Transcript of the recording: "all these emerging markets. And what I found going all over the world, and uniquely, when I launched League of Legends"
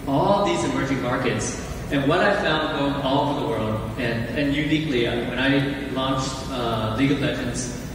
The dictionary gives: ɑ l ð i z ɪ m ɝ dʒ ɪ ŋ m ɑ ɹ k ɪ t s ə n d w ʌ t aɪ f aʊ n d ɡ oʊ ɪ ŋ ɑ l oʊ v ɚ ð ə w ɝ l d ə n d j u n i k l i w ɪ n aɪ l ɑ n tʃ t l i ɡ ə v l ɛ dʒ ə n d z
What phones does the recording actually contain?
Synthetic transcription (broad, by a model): ɑ l ð i z ɪ m ɝ dʒ ɪ ŋ m ɑ ɹ k ɪ t s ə n w ʌ t aɪ f aʊ n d ɡ oʊ ɪ ŋ ɑ l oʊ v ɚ ð ə w ɝ l d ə n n j u n i k l i w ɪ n aɪ l ɑ n tʃ t l i ɡ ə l l ɛ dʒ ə n d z